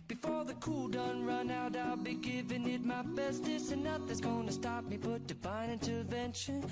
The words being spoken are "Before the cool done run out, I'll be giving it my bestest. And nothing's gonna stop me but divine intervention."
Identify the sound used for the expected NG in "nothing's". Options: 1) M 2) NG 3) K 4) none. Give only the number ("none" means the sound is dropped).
4